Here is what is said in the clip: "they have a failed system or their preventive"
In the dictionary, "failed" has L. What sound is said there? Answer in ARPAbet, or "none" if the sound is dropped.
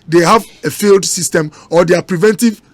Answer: L